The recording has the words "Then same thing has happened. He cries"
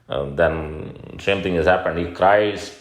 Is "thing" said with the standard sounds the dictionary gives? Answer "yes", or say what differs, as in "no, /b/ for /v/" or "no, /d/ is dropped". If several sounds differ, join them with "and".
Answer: no, /t/ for /θ/